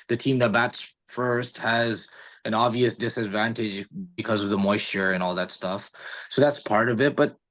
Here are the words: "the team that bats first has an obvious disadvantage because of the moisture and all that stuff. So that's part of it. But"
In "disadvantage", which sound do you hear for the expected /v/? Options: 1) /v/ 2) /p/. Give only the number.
1